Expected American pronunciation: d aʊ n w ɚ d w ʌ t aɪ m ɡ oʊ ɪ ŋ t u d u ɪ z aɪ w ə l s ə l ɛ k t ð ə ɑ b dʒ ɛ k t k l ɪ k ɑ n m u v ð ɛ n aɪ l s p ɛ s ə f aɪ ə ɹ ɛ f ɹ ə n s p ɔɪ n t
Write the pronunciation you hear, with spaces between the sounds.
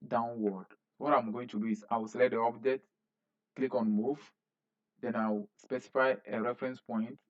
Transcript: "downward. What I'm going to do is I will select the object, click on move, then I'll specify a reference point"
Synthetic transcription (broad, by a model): d aʊ n w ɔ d w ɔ t aɪ m ɡ oʊ ɪ ŋ t u d u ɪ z aɪ w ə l s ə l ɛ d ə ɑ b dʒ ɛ t k l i k ɑ n m u v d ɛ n aɪ w s p ɛ s ə f aɪ ə ɹ ɛ f ɹ ə n s p ɔɪ n t